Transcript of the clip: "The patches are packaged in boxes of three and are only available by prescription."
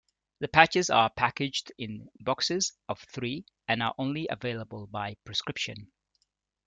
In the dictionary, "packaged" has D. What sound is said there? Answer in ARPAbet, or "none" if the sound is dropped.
D